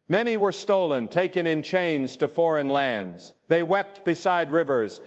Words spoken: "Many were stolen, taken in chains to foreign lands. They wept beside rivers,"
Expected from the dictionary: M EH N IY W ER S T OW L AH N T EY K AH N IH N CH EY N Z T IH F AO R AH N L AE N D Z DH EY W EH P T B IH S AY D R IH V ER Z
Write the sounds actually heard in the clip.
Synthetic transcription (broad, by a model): M EH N IY W ER S T OW L AH N T EY K AH N IH N CH EY N Z T IH F AO R AH N L AE N D Z DH EY W EH P T B IH S AY D R IH V ER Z